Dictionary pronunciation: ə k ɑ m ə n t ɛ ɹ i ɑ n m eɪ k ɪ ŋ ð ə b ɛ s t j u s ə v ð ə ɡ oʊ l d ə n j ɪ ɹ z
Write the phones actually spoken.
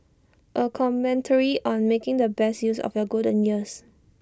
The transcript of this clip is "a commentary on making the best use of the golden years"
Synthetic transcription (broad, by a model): ə k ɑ m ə n t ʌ ɹ i ɑ n m eɪ k ɪ ŋ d ə b ɛ s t j u s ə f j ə ɡ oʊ d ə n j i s